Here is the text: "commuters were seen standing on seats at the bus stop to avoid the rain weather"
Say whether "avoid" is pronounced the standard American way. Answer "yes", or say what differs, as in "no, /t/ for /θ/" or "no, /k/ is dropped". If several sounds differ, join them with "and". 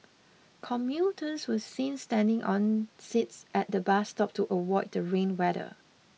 no, /w/ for /v/